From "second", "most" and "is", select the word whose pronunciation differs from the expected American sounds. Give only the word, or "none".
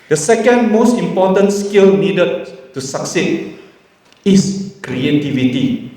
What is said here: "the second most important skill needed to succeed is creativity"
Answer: is